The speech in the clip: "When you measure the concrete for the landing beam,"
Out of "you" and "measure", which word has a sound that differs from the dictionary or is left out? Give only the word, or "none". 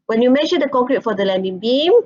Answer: measure